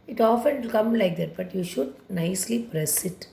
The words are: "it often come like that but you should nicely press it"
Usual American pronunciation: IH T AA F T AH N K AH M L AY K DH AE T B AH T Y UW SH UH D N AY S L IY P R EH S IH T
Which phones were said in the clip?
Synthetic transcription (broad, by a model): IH T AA F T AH L K AH M L AY K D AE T B AH T Y UW SH UH D N AY S L IY P R EH S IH T